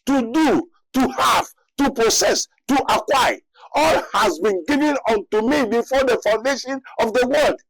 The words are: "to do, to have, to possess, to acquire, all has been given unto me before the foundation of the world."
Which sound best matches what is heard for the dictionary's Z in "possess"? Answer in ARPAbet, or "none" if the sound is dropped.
S